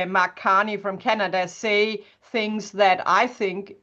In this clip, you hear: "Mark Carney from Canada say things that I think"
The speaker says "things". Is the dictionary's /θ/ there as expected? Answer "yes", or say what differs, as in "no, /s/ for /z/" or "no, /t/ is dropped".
yes